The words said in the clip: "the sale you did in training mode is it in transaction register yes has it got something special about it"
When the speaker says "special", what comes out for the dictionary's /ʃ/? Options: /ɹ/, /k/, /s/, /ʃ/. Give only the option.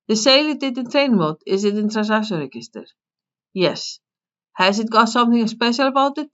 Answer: /ʃ/